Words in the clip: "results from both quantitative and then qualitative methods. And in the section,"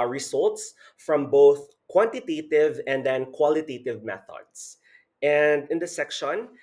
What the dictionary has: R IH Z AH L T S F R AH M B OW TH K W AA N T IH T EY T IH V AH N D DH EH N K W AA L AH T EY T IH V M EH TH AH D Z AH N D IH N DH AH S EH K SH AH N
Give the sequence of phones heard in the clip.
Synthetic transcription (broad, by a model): R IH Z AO L T S F R AH M B OW TH K W AA N T IH T EY T IH V AH N D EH N K W AA L AH T EY T IH V M EH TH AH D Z AH N D IH N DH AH S EH K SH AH N